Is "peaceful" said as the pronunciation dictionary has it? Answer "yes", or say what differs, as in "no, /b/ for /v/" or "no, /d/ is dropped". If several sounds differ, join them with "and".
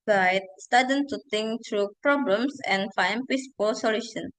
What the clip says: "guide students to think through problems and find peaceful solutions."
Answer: no, /p/ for /f/